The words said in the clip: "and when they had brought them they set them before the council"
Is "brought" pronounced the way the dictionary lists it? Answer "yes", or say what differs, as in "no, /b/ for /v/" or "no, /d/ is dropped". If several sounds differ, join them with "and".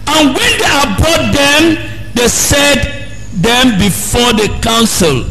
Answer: no, /ɹ/ is dropped